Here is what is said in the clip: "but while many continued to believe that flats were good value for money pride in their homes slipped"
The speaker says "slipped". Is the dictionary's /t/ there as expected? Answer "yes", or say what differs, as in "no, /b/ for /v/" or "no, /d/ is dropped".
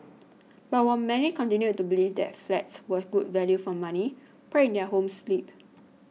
no, /t/ is dropped